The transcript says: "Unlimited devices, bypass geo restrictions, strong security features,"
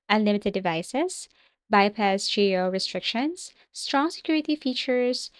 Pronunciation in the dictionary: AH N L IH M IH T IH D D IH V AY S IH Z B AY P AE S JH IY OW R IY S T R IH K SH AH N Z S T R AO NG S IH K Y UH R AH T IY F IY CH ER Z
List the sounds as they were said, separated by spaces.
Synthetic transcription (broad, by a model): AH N L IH M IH T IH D D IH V AY S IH S B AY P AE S JH IY OW R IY S T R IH K SH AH N S T R AO NG S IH K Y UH R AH T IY F IY CH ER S